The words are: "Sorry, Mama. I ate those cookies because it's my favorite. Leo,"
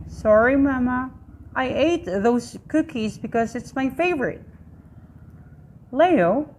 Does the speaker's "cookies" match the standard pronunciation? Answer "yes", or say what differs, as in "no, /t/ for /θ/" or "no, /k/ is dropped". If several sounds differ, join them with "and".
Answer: yes